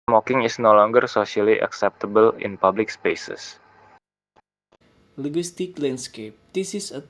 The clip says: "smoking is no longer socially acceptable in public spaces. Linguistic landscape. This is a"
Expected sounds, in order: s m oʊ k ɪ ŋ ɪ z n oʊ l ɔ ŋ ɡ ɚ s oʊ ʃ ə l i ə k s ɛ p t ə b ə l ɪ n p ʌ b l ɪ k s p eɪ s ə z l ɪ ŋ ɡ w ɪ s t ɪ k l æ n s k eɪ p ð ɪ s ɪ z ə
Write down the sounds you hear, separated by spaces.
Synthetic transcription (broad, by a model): m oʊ k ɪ ŋ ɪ s n oʊ l ɔ ŋ ɡ ɚ s oʊ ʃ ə l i ə k s ɛ p t ə b ə l ɪ n p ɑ b l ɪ k s p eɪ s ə s l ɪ ɡ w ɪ s t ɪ k l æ n s k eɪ p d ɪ s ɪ s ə